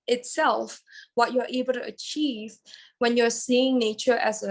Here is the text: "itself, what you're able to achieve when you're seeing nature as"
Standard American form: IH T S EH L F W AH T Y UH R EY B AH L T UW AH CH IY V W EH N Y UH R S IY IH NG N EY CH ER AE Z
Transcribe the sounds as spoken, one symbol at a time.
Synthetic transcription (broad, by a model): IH T S EH L F W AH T Y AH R EY B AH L T UW AH CH IY V W EH N Y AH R S IY IH NG N EY CH ER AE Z